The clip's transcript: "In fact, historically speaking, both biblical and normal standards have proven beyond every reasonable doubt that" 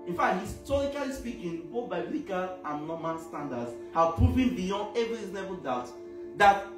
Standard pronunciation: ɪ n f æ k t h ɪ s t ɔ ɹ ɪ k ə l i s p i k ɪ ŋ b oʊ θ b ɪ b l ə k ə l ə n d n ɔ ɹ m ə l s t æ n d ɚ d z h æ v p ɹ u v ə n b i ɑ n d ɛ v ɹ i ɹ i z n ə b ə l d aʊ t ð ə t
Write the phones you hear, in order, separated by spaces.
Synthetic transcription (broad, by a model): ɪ n f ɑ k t h ɪ s t ɔ ɹ ɪ k ə l i s p i k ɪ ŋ b oʊ θ b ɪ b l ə k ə l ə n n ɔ m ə n s t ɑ n d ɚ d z h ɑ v p ɹ u v ə n b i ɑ n d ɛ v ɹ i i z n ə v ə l d aʊ t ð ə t